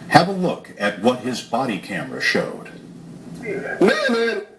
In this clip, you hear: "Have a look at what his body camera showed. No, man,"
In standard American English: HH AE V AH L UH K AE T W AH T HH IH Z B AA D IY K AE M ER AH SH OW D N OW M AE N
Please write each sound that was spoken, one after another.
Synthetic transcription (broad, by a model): HH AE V AH L UH K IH T W AH T HH IH Z B AA D IY K AE M ER AH SH OW D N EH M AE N